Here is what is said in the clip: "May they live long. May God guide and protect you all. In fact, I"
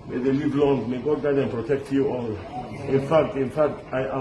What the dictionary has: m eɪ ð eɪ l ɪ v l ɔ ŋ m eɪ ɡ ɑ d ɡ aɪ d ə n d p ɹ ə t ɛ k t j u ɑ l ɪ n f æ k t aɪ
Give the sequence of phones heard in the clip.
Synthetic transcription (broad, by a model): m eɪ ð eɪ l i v l ɔ ŋ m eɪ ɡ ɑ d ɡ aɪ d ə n p ɹ ə t ɛ k t j u ɑ l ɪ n f æ k t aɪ